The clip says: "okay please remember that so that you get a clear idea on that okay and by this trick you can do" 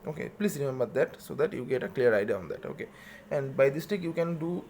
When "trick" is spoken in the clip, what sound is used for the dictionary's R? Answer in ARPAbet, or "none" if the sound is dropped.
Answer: none